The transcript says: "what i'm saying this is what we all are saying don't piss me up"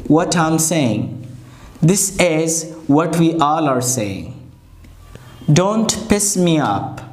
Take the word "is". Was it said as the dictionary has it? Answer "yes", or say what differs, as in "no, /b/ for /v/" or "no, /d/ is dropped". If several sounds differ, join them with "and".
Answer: yes